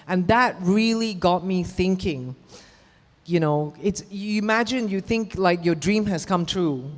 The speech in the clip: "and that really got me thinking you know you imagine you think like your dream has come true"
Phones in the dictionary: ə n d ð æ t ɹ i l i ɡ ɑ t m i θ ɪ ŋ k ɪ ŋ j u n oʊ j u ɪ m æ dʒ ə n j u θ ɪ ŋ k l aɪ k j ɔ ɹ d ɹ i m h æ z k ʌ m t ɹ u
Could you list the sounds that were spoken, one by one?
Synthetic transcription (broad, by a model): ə n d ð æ t ɹ i l i ɡ ɑ t m i θ ɪ ŋ k ɪ ŋ j u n oʊ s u ɪ m æ dʒ ə n j u θ ɪ ŋ k l aɪ k j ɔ d ɹ i m h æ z k ʌ m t ɹ u